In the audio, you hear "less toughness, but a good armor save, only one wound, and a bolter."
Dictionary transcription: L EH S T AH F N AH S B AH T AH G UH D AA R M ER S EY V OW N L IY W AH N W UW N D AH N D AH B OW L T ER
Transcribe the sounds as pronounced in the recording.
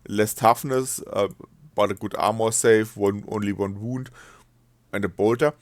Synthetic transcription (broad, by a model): L EH S T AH F N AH S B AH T AH G UH D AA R M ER S EY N OW N L IY W AH N W UW N D AH N D AH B OW L T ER